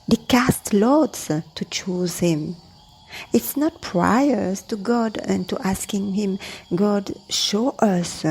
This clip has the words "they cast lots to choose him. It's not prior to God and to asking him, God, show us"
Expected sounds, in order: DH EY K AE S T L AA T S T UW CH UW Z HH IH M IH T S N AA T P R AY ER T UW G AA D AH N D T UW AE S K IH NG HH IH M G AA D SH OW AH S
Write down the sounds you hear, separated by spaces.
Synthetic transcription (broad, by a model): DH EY K AE S T L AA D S T UW CH UW Z HH IH M IH T S N AA T P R AY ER T UW G AA D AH N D T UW AE S K IH NG HH IH M G AA D SH OW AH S